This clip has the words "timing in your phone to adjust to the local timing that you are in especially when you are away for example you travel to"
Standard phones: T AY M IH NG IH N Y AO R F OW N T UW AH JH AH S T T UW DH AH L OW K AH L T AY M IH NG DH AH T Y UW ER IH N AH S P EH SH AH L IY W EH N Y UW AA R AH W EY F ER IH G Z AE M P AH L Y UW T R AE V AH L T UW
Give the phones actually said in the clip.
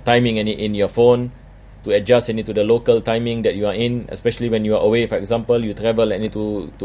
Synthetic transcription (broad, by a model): T AY M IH NG IH N Y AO F OW N T UW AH JH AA S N T UW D AH L OW K AH L T AY M IH NG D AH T Y UW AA IH N AH S P EH SH AH L IY W EH N Y UW AA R AH W EY F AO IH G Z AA M P AH L Y UW T R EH V AH L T UW